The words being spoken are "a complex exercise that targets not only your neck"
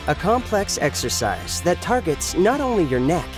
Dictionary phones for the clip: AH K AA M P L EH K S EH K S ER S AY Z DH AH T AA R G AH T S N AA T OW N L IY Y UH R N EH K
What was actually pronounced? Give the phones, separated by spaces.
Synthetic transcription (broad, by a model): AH K AA M P L EH K S EH K S ER S AY Z DH AH T AA R G AH T S N AA T OW N L IY Y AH R N EH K